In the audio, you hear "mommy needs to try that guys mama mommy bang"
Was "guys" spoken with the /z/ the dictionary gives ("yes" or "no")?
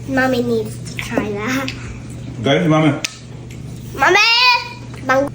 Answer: no